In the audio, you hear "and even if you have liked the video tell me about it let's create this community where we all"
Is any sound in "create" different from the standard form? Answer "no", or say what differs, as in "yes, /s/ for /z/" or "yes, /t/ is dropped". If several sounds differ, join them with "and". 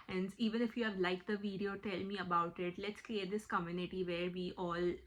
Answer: yes, /l/ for /ɹ/